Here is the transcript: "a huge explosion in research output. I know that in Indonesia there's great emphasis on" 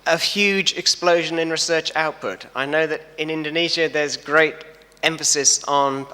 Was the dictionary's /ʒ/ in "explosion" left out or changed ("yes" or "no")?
no